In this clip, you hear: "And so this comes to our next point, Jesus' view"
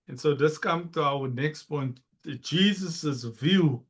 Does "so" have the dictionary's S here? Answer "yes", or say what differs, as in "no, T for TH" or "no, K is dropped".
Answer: yes